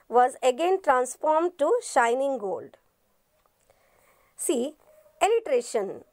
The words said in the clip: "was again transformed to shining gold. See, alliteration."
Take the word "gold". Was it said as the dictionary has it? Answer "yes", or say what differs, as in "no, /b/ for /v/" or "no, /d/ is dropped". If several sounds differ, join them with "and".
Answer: yes